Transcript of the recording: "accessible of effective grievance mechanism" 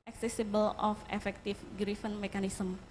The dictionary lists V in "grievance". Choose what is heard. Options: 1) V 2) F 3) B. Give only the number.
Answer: 2